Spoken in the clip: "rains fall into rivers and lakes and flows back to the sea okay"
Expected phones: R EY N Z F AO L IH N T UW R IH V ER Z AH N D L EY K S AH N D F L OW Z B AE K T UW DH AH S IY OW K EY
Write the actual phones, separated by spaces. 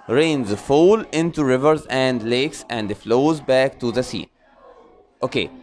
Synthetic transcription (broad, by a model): R EY N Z F AO L IH N T UW R IH V ER Z AH N D L EY K S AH N D F L OW Z B AE K T UW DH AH S IY OW K EY